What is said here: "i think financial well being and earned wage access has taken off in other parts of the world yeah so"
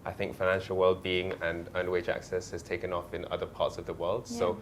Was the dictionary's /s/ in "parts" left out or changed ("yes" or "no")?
no